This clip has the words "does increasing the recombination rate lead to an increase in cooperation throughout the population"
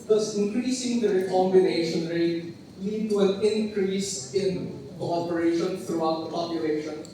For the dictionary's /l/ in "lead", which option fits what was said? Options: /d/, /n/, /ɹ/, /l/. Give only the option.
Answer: /l/